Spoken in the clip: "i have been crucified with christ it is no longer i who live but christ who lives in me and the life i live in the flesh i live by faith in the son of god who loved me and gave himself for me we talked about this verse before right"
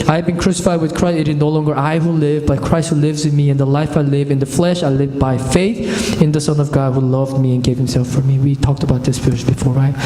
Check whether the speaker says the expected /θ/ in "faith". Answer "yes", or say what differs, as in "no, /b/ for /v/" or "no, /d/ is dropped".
yes